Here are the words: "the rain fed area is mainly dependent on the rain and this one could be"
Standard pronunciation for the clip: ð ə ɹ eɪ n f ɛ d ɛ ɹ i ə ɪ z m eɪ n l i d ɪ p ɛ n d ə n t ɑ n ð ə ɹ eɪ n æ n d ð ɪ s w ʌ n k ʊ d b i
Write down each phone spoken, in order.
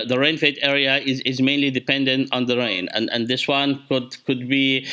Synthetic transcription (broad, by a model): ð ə ɹ eɪ n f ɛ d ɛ ɹ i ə ɪ z m eɪ n l i d ɪ p ɛ n d ə n t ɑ n ð ə ɹ eɪ n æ n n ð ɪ s w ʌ n k ʊ d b i